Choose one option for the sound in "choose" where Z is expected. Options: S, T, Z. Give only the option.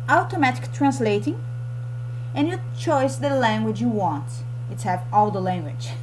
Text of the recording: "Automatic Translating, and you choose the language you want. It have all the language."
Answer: S